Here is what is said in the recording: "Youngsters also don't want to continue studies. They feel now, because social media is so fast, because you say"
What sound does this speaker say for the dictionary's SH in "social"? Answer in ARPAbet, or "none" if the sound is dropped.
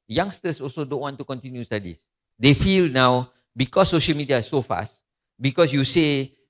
SH